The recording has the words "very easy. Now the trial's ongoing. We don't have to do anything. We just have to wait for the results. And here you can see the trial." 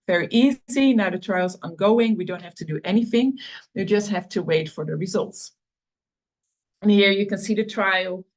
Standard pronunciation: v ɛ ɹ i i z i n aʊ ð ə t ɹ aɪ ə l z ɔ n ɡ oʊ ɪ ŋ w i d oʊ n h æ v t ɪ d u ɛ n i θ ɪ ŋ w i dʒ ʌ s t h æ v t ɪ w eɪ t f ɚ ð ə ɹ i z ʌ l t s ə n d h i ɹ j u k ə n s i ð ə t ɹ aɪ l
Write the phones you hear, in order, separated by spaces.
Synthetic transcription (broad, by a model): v ɛ ɹ i i z i n aʊ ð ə t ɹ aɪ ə l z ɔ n ɡ oʊ ɪ ŋ w i d oʊ n h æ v t ɪ d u ɛ n i θ ɪ ŋ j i dʒ ʌ s t h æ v t ɪ w eɪ t f ɚ ð ə ɹ i z ʌ l t s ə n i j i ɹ j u k ə n s i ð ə t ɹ aɪ l